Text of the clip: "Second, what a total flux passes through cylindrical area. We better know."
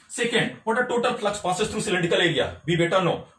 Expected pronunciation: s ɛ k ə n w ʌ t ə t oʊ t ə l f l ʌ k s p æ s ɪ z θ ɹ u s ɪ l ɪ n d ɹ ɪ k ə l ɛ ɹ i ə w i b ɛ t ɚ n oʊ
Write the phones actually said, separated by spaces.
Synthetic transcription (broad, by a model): s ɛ k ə n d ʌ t ə t oʊ t ə l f l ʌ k s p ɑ s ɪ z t ɹ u s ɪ l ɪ n d ɪ k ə l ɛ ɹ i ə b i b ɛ t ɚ n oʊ